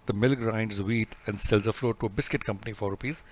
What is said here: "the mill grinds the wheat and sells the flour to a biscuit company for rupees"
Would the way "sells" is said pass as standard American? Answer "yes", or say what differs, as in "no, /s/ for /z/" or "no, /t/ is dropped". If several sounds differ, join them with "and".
yes